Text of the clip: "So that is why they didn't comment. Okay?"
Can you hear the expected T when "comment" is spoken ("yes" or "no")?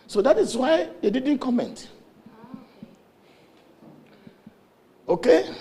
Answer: yes